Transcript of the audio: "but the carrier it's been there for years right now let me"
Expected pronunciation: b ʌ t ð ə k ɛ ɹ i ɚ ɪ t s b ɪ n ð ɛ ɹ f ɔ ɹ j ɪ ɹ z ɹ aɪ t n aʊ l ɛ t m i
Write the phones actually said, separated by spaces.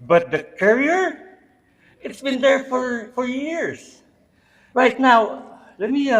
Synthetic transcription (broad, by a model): b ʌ t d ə k ɛ ɹ i ɚ ɪ t s b ɪ n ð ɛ ɹ f ɔ ɹ j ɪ ɹ s ɹ aɪ t n aʊ l ɛ t m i